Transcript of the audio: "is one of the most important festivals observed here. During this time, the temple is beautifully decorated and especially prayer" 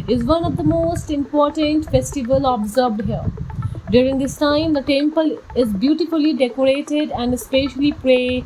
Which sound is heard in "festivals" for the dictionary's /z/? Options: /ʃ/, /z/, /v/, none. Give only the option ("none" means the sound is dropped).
none